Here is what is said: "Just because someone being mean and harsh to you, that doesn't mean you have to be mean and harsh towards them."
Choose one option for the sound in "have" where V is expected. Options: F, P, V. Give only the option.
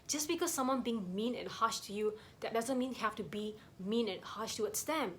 F